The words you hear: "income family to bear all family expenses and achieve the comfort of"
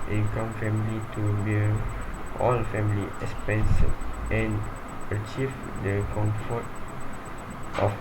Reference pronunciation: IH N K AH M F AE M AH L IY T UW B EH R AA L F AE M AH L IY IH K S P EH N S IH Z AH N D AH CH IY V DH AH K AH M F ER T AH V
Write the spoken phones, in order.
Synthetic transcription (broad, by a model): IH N K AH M F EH M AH L IY T UW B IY L AA L F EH M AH L IY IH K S P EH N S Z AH N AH CH IY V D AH K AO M F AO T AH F